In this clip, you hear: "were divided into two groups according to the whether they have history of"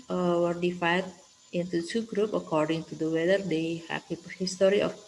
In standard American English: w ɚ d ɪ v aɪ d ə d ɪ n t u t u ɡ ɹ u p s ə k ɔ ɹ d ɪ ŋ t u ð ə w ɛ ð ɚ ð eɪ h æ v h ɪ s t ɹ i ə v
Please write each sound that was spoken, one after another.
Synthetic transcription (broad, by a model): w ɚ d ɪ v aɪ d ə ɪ n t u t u ɡ ɹ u p ə k ɔ ɹ d ɪ ŋ t u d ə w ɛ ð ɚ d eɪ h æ p h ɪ s t ɹ i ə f